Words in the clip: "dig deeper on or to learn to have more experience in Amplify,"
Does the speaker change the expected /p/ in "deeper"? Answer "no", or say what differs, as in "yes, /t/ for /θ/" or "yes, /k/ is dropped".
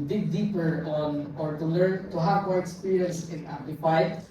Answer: no